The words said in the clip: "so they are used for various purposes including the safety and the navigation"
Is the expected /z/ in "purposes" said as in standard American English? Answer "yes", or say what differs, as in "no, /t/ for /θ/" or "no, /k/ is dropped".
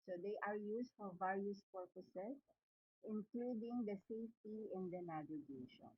no, /s/ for /z/